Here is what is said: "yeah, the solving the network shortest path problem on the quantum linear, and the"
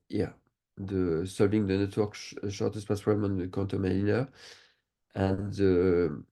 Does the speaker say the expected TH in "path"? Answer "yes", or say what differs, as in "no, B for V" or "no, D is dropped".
no, S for TH